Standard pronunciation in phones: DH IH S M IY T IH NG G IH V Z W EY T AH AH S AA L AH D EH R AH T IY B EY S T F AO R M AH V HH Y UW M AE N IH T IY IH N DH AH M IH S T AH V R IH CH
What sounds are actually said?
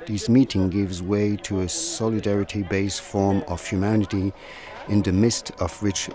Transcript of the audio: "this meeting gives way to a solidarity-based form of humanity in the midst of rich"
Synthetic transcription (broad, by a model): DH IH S M IY T IH NG G IH V Z W EY T AH AH S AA L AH D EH R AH T IY B EY S T F AO R M AH V HH Y UW M AE N IH T IY IH N DH AH M IH S T AH V R IH CH